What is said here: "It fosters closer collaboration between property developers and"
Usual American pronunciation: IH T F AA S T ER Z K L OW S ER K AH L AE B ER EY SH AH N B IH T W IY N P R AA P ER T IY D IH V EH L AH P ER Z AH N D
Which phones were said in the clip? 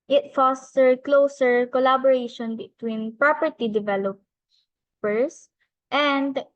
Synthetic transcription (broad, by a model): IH T F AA S T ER K L OW S ER K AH L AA B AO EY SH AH N B IH T W IY N P R AA P ER T IY D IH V EH L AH P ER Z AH N D